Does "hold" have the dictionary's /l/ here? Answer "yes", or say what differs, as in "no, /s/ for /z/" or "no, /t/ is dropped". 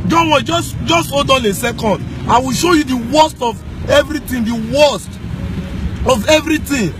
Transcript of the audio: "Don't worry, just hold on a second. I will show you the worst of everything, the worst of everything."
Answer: no, /l/ is dropped